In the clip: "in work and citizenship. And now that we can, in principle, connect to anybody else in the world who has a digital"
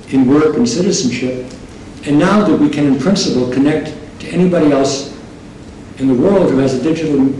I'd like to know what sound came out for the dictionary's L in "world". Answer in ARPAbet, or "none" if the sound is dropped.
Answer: L